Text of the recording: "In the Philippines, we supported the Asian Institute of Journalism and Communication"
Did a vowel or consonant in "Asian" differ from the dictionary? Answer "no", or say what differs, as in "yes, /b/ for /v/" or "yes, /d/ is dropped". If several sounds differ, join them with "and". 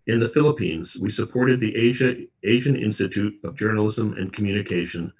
no